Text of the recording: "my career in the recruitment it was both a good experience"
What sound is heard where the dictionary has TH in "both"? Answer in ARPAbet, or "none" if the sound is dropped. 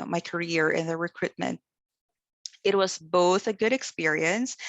TH